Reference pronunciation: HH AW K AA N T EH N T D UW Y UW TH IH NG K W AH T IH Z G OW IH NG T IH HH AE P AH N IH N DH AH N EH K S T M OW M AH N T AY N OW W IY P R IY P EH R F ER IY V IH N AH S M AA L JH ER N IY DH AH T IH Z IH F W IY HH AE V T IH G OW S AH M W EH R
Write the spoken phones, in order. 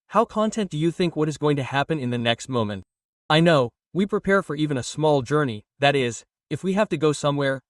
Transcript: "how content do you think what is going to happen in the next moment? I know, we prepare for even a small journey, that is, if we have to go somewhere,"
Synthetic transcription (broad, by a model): HH AW K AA N T EH N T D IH Y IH TH IH NG K W AH T IH Z G OW IH NG T IH HH AE P AH N IH N DH AH N EH K S T M OW M AH N T AY N OW W IY P R IY P EH R F ER IY V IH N AH S M AA L JH ER N IY DH AH T IH Z IH F W IY HH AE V T IH G OW S AH M W EH R